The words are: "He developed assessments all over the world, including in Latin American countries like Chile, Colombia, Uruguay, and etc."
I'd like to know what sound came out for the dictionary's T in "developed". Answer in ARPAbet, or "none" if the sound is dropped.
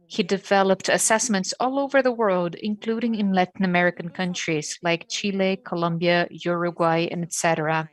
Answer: T